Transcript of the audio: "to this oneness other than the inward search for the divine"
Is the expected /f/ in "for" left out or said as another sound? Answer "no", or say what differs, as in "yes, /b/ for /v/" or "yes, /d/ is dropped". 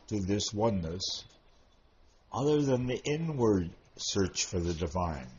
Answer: no